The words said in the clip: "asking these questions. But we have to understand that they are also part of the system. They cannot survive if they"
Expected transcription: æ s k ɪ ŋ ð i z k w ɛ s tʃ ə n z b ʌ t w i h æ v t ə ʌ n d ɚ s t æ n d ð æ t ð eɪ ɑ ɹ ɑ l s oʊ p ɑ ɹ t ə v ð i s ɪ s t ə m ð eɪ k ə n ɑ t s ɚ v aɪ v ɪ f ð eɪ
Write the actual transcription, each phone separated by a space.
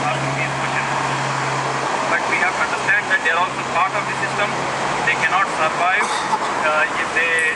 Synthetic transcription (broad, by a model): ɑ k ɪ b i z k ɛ tʃ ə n b ʌ t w i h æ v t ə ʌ n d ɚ s t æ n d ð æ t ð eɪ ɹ ɑ l s oʊ p ɑ ɹ t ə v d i s ɪ s t ə m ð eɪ k ə n ɑ t s ɚ v aɪ v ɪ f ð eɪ